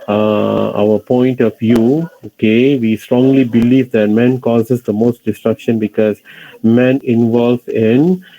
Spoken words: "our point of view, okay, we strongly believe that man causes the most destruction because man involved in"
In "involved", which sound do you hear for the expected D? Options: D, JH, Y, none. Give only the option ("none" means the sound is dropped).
none